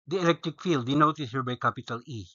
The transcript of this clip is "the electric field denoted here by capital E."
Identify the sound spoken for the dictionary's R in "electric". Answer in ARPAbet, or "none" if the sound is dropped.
R